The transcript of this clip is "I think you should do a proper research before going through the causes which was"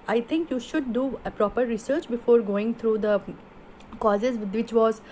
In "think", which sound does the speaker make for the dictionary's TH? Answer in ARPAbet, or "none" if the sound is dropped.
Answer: T